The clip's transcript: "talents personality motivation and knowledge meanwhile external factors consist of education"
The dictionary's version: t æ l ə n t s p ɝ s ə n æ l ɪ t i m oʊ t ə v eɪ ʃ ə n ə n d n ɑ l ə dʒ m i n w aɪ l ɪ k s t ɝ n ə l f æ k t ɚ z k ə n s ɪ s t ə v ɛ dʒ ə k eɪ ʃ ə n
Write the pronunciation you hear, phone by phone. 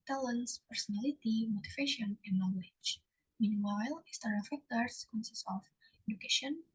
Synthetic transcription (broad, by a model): t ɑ l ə n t s p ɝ s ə n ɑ l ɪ t i m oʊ t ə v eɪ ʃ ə n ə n n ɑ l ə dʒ m i n w aɪ l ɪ s t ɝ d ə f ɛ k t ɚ s k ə n s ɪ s ə f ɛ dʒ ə k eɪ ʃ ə n